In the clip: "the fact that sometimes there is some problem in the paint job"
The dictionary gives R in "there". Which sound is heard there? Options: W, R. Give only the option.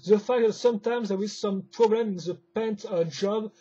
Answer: W